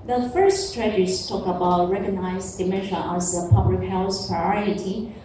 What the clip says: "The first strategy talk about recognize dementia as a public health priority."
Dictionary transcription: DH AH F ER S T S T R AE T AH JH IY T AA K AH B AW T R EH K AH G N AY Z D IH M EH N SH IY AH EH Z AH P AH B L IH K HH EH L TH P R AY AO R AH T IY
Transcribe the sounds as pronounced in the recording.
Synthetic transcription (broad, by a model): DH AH F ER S S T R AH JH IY T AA K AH B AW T R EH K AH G N AY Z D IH M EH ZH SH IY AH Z AH P AH B L IH K HH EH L S P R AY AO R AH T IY